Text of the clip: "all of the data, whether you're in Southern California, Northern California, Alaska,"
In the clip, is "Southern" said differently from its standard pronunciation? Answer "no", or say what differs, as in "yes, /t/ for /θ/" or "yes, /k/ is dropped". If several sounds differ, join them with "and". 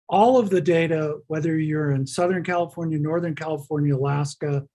no